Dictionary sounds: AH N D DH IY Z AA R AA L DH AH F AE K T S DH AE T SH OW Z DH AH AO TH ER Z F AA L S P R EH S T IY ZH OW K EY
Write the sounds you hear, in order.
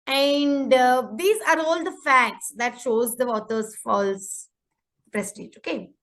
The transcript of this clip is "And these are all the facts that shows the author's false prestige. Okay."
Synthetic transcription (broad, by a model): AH N D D IY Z AA R AA L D AH F AE K T S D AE T SH OW Z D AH AO T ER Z F AA L S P R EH S T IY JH OW K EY